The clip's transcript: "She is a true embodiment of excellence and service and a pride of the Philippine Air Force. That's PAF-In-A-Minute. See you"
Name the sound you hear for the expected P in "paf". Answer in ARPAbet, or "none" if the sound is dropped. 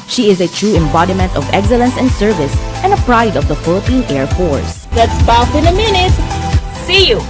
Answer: B